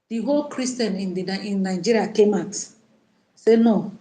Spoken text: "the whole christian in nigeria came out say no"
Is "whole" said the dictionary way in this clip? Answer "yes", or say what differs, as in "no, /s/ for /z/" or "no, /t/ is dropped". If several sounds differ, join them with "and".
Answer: yes